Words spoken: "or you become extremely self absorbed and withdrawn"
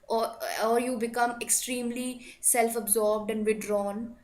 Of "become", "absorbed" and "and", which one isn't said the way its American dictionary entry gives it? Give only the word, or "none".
none